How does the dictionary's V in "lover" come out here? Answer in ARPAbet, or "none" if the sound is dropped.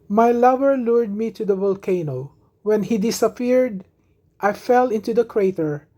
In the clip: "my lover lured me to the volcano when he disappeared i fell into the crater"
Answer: V